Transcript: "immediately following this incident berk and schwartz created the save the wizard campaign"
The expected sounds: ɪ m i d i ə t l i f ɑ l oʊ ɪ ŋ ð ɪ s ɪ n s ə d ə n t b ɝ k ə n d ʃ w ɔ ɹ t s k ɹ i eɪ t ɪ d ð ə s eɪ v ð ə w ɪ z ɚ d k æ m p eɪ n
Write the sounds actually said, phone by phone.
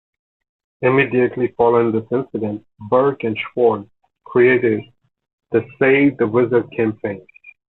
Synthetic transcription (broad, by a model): ɪ m i d i ə t l i f ɑ l oʊ ɪ ŋ ð ɪ s ɪ n s ə d ə n t b ɝ k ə n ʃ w ɔ ɹ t k ɹ i eɪ t ɪ d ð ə s eɪ v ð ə w ɪ z ɚ d k æ m p eɪ n